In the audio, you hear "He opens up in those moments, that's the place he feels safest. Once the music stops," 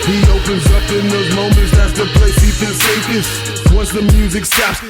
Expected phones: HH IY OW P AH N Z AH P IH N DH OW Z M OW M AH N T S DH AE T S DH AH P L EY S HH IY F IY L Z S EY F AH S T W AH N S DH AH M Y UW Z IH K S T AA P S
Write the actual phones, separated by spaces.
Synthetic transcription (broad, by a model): HH IY OW P AH N Z AH P IH N DH OW Z M OW M AH N T S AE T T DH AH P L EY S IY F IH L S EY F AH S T W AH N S DH AH M Y UW Z IH K S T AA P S